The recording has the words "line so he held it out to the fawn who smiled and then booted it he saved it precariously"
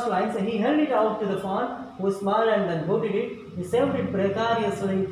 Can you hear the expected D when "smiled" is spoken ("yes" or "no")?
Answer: no